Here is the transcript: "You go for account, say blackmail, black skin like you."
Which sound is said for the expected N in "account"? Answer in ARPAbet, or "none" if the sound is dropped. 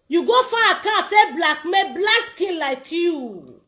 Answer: none